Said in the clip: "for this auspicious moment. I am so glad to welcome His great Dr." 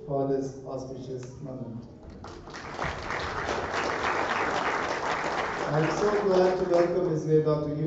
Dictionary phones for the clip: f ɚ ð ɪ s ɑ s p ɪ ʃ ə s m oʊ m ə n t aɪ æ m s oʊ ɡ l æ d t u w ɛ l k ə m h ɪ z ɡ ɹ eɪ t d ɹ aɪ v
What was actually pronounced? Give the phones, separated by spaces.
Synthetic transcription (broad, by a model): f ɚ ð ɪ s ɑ s p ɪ ʃ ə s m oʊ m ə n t aɪ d s oʊ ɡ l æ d t u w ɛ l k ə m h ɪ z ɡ eɪ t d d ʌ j